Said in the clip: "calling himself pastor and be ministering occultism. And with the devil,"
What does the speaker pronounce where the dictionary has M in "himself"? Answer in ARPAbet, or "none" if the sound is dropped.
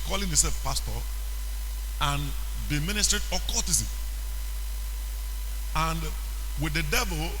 none